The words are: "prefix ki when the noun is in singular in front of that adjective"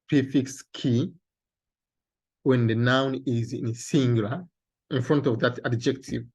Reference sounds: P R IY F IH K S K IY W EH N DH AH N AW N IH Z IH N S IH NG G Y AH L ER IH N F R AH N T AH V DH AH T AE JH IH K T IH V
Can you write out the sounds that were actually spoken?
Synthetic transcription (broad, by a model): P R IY F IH K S K IY W EH N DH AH N AW N IH Z IH N S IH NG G Y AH L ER IH N F R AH N T AH V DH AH T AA JH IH K T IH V